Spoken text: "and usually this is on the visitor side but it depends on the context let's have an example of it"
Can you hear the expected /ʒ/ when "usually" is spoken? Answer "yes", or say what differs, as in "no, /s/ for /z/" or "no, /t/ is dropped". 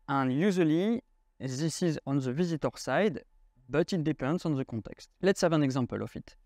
no, /z/ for /ʒ/